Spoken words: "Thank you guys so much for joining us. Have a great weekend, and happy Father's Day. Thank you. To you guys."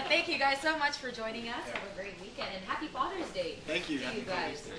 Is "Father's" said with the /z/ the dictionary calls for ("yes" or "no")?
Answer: yes